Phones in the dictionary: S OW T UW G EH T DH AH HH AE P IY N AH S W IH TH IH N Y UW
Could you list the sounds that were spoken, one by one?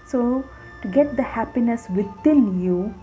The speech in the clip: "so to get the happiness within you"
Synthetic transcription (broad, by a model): S OW T UW G EH T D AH HH AE P IY N AH S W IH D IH L Y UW